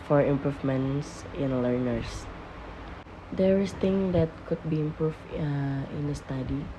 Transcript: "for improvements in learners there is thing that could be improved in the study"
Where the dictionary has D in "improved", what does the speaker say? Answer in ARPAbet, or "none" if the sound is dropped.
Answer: none